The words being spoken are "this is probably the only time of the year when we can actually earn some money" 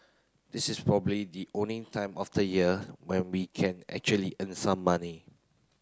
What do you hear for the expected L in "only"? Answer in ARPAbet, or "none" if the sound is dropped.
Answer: none